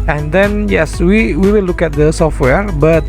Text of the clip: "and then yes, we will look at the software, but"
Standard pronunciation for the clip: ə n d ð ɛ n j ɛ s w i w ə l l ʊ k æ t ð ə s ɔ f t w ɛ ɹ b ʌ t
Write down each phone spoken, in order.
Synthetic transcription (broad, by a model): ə n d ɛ n j ɛ s w i w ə w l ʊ k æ t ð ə s ɔ f t w ɛ ɹ b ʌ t